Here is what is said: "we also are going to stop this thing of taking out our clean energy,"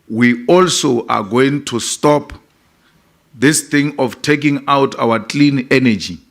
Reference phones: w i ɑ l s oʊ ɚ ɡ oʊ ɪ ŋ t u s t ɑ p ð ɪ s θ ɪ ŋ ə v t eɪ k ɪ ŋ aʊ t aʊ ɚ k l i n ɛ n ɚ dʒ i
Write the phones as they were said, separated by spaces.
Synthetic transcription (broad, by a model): w i ɑ l s oʊ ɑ ɡ oʊ ɪ ŋ t u s t ɑ p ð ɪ s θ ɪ ŋ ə f t eɪ k ɪ ŋ aʊ t aʊ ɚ k l i n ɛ n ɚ dʒ i